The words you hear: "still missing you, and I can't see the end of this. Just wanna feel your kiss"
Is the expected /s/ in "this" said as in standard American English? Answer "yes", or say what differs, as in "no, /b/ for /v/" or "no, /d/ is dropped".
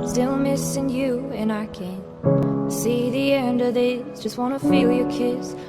no, /s/ is dropped